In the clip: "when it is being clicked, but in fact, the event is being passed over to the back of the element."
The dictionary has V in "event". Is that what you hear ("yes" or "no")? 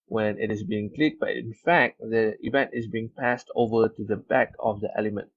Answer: yes